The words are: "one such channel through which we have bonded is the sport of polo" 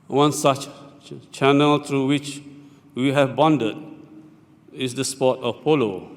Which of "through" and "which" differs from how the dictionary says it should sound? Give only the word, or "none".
through